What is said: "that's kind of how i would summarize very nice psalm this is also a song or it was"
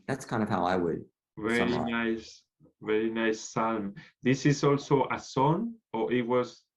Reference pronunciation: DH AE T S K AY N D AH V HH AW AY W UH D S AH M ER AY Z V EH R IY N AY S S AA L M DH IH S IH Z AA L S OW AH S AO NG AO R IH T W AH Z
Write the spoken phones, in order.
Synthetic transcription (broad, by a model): DH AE T S K AY N D AH V HH AW AY W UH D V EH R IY AY S V EH R IY N AY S S AA L M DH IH S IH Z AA L S OW AH S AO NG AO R IH T W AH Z